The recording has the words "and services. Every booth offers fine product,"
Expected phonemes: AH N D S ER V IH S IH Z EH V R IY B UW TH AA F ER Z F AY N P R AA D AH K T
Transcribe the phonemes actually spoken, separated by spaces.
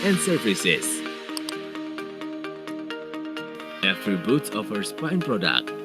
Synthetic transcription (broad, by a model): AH N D S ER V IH S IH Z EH F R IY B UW T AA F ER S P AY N P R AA D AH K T